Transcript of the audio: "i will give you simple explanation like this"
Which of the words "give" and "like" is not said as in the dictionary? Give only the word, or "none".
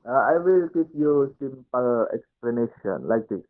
give